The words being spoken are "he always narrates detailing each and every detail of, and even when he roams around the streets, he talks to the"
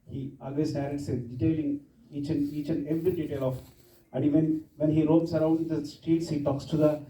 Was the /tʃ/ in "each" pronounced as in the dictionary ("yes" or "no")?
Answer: yes